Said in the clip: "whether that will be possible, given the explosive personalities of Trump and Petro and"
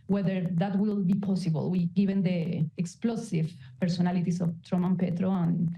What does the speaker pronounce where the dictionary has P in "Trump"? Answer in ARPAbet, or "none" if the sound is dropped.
none